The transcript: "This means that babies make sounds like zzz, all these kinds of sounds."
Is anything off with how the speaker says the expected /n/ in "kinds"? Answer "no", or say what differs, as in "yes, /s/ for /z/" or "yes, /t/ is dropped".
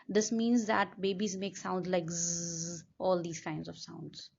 no